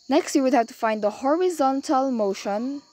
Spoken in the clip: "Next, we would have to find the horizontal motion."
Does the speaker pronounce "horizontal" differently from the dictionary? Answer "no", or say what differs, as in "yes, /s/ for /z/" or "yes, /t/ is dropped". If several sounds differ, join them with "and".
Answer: no